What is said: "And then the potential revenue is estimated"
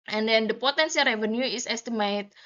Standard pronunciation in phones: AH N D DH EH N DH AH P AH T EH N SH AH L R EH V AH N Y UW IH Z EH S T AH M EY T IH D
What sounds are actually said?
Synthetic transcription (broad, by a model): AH N D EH N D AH P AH T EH N S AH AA R EH V AH N Y UW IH S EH S T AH M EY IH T